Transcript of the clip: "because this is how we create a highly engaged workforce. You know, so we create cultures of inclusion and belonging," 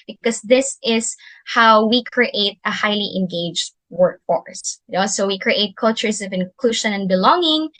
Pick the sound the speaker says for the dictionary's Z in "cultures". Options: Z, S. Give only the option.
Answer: S